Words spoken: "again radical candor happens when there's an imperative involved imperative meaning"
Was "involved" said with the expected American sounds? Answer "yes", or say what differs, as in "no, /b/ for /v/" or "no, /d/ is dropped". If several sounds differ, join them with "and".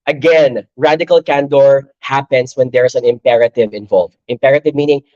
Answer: no, /d/ is dropped